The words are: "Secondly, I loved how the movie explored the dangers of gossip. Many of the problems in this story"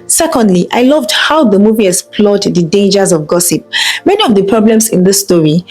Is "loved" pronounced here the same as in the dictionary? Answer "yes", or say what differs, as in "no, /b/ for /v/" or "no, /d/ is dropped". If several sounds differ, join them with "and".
yes